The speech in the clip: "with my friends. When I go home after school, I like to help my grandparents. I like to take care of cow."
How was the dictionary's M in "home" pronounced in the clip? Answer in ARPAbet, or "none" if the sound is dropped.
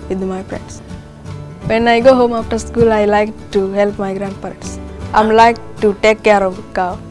M